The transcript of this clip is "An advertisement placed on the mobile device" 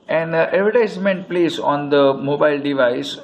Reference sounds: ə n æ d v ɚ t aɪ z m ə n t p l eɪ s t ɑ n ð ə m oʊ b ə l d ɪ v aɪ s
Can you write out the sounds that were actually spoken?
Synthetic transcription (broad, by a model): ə n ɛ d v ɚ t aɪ s m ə n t p l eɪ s ɑ n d ə m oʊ b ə l d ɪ v aɪ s